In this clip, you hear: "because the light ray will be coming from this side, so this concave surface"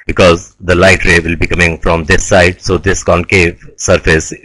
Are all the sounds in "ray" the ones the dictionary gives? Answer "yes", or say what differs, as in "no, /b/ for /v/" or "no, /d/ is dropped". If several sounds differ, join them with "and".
yes